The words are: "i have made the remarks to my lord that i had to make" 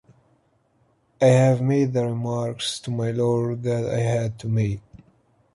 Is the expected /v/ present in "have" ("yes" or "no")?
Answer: yes